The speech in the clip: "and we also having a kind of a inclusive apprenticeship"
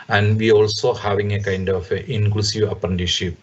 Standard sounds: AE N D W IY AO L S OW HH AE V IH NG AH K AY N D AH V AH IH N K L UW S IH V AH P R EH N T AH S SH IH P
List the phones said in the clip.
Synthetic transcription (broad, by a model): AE N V IY AO L S OW HH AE V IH NG AH K AY N D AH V AH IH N K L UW S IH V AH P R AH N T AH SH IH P